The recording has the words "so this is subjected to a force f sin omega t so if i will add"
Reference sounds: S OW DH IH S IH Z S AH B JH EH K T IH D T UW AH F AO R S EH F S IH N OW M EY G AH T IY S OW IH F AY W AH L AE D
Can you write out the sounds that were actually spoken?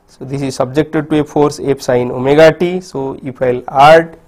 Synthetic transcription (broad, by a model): S OW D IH S IH Z S AH B JH EH K T IH D T UW AH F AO R S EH P S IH N OW M EY G AH T IY S OW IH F AY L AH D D